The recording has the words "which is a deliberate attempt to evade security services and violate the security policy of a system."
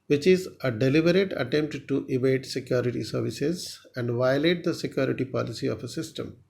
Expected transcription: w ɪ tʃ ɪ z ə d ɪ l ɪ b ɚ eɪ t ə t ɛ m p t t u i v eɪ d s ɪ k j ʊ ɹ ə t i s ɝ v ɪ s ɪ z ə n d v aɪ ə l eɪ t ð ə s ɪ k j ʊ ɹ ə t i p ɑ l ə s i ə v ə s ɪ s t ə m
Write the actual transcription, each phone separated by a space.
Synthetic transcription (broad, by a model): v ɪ tʃ ɪ z ə d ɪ l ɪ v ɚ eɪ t ə t ɛ m p t t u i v eɪ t s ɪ k j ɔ ɹ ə t i s ɝ v ɪ s ɪ z ə n d v aɪ ə l eɪ t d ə s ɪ k j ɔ ɹ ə t i p ɑ l ə s i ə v ə s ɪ s t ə m